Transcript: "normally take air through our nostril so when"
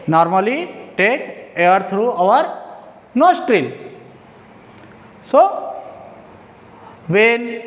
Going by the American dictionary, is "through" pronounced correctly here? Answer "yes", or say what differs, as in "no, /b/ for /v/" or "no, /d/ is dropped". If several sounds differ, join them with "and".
no, /t/ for /θ/